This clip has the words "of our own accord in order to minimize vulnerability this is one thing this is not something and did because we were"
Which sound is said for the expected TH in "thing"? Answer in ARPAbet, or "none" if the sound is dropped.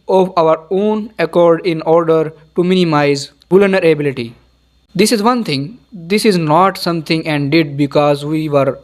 T